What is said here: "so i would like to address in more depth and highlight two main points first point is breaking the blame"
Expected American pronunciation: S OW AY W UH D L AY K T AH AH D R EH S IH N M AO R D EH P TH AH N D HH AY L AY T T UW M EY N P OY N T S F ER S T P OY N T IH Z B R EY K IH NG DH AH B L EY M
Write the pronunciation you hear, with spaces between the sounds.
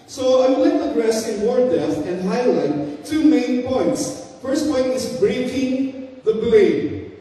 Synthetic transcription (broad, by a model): S OW AY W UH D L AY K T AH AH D R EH S IH N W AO R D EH TH AH N D HH AY L AY T T UW M EY N P OY N T S F ER S T P OY N T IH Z B R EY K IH NG DH AH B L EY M